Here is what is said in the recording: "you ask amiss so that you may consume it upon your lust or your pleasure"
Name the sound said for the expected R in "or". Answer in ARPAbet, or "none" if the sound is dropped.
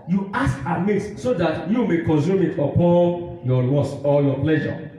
L